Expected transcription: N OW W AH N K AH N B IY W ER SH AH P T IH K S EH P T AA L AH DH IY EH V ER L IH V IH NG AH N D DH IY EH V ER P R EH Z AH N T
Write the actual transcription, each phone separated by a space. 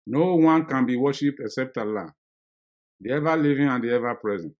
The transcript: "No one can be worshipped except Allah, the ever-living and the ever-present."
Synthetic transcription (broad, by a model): N OW W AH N K AH N B IY W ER SH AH P T IH K S EH P T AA L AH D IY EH V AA L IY V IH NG AH N D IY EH V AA P R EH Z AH N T